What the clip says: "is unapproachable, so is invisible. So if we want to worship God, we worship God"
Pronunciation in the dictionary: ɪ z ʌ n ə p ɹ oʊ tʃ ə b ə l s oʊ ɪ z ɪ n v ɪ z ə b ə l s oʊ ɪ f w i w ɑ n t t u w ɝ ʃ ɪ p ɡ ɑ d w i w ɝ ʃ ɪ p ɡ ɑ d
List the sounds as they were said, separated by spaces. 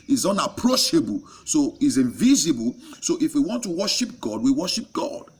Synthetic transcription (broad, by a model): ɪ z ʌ n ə p ɹ oʊ ʃ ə b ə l s oʊ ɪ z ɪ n v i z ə b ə l s oʊ ɪ f w i w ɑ n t t u w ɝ ʃ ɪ p ɡ ɑ d w i w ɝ ʃ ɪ p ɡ ɑ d